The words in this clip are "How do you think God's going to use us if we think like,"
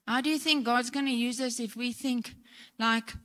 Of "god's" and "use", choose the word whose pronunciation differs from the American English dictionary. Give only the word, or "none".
none